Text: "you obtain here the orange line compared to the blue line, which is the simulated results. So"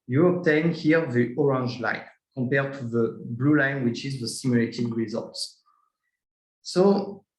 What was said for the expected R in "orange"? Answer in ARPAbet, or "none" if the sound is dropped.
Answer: R